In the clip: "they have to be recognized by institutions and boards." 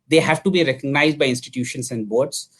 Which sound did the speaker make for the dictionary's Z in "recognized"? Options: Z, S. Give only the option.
Z